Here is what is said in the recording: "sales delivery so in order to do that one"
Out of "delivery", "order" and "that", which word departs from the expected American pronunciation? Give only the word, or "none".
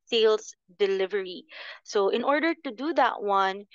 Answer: none